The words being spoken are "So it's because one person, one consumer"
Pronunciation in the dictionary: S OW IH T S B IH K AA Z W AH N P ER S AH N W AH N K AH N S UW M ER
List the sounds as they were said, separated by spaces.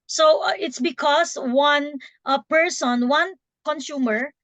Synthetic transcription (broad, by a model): S OW IH T S B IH K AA S W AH N P ER S AH N W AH N K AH N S UW M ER